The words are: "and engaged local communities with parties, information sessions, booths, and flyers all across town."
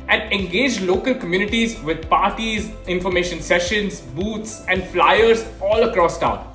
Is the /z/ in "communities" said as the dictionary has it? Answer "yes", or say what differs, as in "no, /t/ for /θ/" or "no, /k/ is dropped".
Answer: yes